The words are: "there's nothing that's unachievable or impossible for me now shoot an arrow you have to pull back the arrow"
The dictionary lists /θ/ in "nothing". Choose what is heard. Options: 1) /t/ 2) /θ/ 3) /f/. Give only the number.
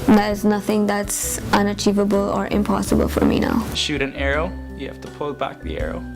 2